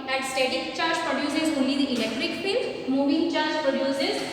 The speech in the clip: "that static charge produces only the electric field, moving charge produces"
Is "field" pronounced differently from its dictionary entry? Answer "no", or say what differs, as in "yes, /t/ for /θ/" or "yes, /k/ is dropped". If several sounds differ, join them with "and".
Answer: yes, /p/ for /f/